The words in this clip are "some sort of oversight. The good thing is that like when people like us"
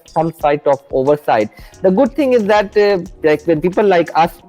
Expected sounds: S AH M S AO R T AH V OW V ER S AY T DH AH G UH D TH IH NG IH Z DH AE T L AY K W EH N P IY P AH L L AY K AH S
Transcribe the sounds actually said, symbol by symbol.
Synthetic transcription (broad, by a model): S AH M S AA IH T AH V OW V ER S AY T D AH G UH D T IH NG IH Z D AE T L AY K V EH N P IY P AH L L AY K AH S